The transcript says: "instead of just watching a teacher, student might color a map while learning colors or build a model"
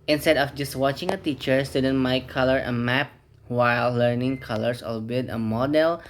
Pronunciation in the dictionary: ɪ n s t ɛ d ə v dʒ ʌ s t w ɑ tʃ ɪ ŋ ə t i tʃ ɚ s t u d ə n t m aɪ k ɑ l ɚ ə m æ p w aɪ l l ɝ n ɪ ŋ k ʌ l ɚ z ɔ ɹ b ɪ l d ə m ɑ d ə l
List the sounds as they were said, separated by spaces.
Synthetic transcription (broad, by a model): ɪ n s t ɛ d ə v dʒ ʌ s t w ɑ tʃ ɪ ŋ ə t i tʃ ɚ s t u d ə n m aɪ k ɑ l ɚ ə m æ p w aɪ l l ɝ n ɪ ŋ k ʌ l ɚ s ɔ l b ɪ d ə m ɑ d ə l